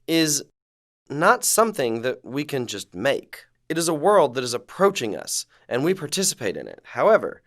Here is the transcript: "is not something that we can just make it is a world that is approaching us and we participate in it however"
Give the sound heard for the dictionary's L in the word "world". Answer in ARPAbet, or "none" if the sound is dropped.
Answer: L